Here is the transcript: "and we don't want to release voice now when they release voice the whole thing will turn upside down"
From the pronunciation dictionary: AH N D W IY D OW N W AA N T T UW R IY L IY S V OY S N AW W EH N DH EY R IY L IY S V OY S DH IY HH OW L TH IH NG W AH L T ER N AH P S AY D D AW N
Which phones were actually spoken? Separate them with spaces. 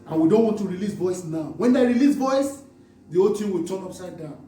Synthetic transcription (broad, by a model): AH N W IY D OW N W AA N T T UW R IY L IY S V OY S N AW W EH N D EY R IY L IY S V OY S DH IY OW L T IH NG W AH L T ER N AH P S AY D D AW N